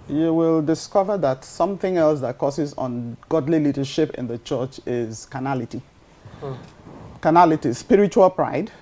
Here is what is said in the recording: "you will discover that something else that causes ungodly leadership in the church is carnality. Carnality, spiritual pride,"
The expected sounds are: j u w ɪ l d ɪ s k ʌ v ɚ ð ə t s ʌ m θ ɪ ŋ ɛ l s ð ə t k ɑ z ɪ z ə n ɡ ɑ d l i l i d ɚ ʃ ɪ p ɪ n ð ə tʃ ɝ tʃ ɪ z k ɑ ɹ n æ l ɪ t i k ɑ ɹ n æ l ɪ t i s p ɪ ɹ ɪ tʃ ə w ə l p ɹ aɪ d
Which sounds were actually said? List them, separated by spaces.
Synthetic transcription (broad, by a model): j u w ɪ l d ɪ s k ʌ v ɚ ð ə t s ʌ m θ ɪ ŋ ɛ l s ð ə t k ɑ s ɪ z n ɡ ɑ d l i l i d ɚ ʃ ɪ p ɪ n ð ə tʃ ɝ tʃ ɪ z k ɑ n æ l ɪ t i k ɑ n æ l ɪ t i s p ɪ ɹ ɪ tʃ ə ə l p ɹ aɪ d